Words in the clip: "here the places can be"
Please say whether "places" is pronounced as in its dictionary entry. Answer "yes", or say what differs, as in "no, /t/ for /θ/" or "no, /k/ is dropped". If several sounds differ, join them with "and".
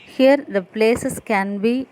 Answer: no, /s/ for /z/